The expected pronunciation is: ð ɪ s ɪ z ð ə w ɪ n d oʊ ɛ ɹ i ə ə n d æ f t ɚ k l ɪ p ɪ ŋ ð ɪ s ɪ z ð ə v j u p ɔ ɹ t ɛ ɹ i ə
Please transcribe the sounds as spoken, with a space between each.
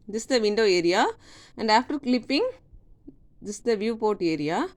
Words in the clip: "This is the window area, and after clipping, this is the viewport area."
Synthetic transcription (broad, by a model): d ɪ s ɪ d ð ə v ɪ n d oʊ ɛ ɹ i ə ə n d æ f t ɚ k l ɪ p ɪ ŋ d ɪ s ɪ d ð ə v j u p ɔ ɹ t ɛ ɹ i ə